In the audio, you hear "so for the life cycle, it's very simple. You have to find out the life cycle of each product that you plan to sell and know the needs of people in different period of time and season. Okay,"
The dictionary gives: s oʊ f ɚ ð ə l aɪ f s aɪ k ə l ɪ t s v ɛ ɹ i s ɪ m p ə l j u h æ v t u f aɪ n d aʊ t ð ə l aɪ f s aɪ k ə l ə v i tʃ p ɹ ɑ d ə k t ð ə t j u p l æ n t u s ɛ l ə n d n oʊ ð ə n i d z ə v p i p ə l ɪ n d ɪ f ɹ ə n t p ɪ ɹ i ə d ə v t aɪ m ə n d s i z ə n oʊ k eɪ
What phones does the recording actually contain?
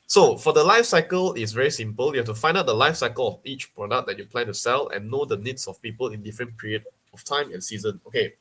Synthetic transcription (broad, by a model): s oʊ f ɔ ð ə l aɪ f s aɪ k ə l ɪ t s v ɛ ɹ i s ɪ m p ə l j u h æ f t u f aɪ n d aʊ t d ə l aɪ f s aɪ k ə l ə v i tʃ p ɹ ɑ d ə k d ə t j u p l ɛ n t u s ɛ l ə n n oʊ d ə n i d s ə f p i p ə l ɪ n d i f ɹ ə n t p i ɹ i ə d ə f t aɪ m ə n s i z ə n oʊ k eɪ